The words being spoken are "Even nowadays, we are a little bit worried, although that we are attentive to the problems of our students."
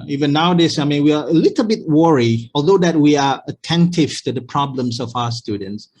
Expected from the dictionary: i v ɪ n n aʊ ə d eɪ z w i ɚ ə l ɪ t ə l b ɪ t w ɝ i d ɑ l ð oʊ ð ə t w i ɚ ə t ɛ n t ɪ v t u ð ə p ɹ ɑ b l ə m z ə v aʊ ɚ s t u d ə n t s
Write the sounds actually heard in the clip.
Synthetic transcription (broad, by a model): i v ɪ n n aʊ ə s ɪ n w i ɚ ə l ɪ t ə l b ɪ t w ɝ i ɑ l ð oʊ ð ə t w i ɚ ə t ɛ n t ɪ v t u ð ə p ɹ ɑ b l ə m s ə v aʊ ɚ s t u d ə n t s